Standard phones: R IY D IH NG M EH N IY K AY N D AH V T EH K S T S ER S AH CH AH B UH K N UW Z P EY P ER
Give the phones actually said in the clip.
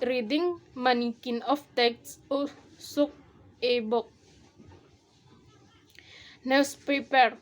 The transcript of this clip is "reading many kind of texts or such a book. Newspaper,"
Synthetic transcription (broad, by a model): R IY D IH NG M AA N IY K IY N AH F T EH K T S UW S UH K AH B UH K N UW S P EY P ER